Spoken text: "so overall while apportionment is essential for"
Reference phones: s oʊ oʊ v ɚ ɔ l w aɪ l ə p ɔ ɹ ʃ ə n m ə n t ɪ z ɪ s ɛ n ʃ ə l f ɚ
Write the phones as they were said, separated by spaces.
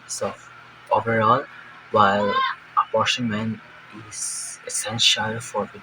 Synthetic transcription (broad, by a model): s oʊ oʊ v ɚ ɔ l w aɪ l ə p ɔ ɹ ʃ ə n m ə n ɪ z ɪ s ɛ n ʃ ə l f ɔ